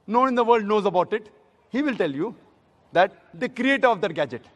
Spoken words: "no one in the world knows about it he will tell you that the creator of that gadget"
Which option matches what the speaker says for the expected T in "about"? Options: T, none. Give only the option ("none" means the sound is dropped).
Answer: T